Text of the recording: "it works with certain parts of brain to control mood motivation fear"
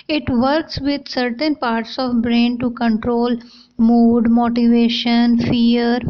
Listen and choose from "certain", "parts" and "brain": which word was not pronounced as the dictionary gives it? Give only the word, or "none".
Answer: none